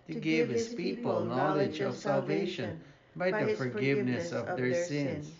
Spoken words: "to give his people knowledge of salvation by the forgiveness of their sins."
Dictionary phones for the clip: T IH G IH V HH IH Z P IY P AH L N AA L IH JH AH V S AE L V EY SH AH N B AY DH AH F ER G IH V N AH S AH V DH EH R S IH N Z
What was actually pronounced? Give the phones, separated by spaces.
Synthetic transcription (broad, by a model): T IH G IH V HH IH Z P IY P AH L N AA L IH JH AH V S AE L V EY SH AH N B AY DH AH F ER G IH V N AH S AH V DH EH R S IH N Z